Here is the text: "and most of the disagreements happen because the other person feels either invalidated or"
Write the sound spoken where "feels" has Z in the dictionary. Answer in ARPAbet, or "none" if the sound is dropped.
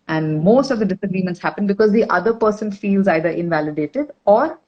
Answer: Z